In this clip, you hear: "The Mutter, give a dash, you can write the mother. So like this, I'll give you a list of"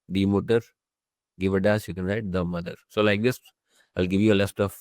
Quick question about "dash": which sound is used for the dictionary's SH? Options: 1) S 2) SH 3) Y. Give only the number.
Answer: 1